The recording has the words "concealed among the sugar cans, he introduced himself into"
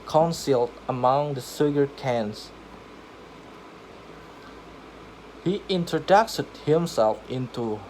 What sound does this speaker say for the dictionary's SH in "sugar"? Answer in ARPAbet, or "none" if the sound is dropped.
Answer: S